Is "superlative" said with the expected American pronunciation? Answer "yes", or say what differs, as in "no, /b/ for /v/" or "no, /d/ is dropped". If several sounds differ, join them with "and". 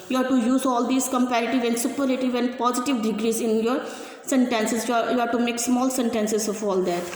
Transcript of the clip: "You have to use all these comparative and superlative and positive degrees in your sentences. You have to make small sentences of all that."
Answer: no, /l/ is dropped